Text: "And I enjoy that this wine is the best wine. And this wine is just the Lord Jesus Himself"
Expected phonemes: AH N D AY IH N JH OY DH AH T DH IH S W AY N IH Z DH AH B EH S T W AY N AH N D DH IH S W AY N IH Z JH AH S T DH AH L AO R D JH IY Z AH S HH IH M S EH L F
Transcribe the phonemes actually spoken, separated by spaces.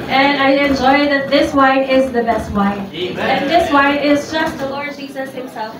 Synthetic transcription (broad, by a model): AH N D AY IH N JH OY DH AH T DH IH S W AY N IH Z DH AH B EH S T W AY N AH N DH IH S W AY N IH Z JH AH S T DH AH L AO R D JH IY Z AH S HH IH M S EH L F